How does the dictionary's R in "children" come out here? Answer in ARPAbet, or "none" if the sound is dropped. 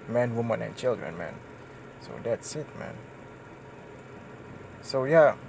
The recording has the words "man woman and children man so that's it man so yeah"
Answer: R